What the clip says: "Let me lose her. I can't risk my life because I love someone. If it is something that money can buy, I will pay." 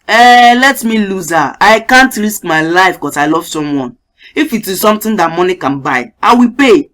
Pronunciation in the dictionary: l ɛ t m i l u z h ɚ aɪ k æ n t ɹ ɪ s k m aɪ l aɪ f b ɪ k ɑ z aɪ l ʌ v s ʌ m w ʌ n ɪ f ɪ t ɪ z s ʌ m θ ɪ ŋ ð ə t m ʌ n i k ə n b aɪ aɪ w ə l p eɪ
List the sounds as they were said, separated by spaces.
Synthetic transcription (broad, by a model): l ɛ t m i l u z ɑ aɪ k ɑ n t ɹ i s k m aɪ l aɪ f k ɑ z aɪ l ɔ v s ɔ m w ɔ n ɪ f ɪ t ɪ s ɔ m t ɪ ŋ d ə t m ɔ n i k ə n b aɪ aɪ w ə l p eɪ